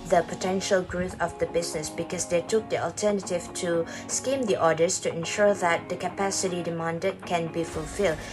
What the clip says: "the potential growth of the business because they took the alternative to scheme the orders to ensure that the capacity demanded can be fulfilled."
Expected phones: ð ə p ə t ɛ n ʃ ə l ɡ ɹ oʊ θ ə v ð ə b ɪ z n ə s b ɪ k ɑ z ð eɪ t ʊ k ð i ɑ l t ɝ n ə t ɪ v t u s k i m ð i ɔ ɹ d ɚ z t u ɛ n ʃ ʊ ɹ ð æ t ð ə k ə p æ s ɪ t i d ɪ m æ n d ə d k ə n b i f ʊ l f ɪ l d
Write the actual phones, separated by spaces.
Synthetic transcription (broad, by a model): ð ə p ə t ɛ n ʃ ə l ɡ ɹ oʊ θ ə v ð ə b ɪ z n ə s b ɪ k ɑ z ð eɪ t ʊ k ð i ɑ l t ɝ n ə t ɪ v t u s k i m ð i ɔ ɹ d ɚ s t u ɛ n ʃ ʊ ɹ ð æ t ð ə k ə p æ s ɪ t i d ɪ m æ n d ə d k ə n b i f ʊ l f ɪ l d